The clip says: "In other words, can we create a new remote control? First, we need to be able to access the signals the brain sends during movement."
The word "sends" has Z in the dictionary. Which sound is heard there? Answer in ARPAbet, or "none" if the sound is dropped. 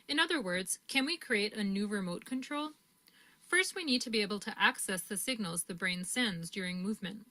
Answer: Z